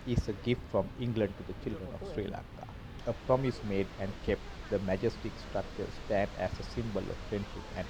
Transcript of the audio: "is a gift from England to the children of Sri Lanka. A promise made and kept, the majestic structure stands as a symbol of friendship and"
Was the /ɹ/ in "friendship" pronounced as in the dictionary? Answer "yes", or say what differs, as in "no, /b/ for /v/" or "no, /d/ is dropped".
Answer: yes